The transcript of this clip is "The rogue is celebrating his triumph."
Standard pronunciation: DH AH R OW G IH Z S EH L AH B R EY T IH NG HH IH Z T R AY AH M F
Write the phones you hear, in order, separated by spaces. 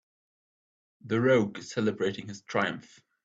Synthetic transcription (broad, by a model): DH AH R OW IH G S EH L AH B R EY T IH NG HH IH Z T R AY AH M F